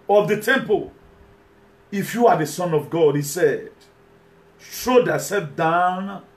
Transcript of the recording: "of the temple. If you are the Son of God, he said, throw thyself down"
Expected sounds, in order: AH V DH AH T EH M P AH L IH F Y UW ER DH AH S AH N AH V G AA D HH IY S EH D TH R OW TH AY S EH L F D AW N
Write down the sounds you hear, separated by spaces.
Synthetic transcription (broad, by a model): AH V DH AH T EH M P AH L IH F Y UW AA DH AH S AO N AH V G AA D HH IY S EH D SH OW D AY S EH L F D AW N